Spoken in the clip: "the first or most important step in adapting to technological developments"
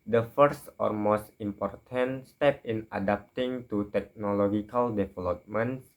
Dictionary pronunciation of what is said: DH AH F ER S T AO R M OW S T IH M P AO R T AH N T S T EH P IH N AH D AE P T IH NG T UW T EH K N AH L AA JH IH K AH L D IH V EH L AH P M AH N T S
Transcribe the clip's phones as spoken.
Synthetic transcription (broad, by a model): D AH F ER S T AO R M OW S T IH M P AO R T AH N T S T EH P IH N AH D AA P T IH NG T UW T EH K N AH L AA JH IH K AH L D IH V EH L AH P M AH N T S